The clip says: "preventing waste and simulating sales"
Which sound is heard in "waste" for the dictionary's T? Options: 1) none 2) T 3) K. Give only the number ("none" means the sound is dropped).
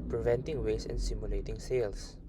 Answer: 1